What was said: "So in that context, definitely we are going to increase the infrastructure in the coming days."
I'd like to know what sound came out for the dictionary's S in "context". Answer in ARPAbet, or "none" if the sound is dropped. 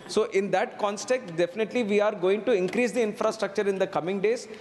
none